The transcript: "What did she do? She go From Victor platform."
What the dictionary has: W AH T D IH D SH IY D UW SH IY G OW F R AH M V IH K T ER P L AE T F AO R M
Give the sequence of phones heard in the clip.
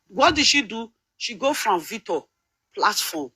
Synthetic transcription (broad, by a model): W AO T D IH D SH IY D UW SH IY G OW F R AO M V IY T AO P L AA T F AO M